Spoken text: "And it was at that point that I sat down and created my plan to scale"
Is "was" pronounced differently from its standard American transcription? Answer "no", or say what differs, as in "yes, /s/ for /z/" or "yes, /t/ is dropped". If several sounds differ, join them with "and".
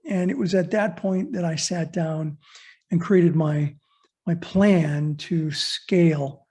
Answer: no